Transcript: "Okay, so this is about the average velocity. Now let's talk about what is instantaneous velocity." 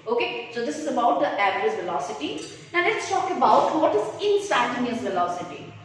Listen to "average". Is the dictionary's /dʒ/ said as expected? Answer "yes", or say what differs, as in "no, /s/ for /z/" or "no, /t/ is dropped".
no, /z/ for /dʒ/